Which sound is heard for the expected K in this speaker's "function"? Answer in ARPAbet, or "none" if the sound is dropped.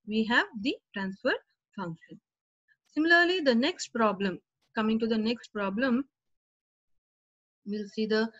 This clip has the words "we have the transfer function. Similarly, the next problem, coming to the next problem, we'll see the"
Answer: K